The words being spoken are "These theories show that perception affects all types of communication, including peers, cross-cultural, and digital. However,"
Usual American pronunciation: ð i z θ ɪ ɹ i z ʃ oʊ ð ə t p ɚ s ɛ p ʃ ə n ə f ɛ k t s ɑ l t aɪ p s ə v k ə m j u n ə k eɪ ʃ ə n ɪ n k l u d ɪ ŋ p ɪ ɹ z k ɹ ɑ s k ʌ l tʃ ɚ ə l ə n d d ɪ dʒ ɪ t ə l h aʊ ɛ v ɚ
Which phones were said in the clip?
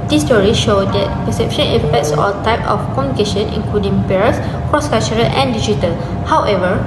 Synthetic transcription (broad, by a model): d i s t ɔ ɹ i ʃ oʊ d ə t p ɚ s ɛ p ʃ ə n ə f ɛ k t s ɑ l t aɪ p ə f k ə m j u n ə k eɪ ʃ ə n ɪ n k l u d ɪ ŋ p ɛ ɹ s k ɹ ɑ s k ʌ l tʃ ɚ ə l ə n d d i dʒ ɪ t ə l h aʊ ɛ v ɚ